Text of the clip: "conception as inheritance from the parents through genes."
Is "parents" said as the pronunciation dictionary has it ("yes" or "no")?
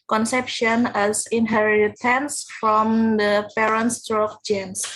yes